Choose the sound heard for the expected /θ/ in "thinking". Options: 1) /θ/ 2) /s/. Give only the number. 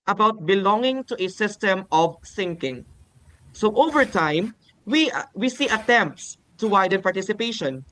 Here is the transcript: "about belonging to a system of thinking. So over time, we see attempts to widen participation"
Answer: 2